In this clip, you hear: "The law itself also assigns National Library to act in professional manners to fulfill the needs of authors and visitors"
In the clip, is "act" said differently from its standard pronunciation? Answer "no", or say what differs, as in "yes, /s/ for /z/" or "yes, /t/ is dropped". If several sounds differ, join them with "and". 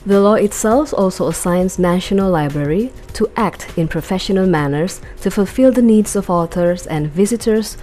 no